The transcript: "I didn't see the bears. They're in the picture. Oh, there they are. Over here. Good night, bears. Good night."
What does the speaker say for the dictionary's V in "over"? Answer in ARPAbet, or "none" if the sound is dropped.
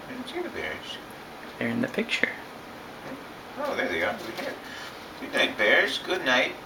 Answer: W